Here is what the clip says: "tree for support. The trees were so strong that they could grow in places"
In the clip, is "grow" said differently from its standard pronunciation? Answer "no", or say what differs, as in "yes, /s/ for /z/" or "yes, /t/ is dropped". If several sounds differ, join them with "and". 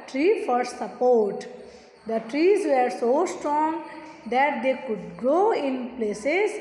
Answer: yes, /ɹ/ is dropped